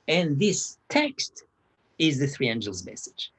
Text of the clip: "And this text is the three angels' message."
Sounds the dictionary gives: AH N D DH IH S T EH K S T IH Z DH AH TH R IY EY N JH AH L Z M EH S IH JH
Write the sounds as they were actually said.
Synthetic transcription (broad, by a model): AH N DH IH S T EH K S T IH Z DH AH TH R IY EY N JH AH L Z M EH S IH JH